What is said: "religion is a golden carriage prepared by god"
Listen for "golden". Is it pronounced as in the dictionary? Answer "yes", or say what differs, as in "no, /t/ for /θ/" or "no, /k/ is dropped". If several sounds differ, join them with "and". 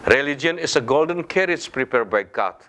yes